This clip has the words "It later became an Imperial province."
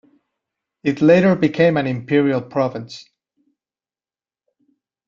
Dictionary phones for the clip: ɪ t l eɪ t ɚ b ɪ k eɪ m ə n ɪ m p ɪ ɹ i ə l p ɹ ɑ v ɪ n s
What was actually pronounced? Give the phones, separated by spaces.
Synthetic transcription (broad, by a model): ɪ t l eɪ t ɚ b ɪ k eɪ m ə n ɪ m p ɪ ɹ i ə l p ɹ ɑ v ɪ n s